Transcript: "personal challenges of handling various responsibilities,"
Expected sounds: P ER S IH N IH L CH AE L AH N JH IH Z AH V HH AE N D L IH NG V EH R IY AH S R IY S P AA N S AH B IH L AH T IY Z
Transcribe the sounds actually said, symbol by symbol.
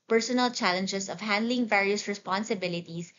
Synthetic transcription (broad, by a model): P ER S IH N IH L CH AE L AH N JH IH S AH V HH AE N D L IH NG V EH R IY AH S R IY S P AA N S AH B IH L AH T IY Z